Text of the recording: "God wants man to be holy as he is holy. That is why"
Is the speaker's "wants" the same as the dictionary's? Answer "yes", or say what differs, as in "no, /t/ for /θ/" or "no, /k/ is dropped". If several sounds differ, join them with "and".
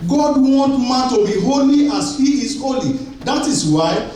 no, /s/ is dropped